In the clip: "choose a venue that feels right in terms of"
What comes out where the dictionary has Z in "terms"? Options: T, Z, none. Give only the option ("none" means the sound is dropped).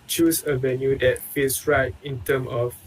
none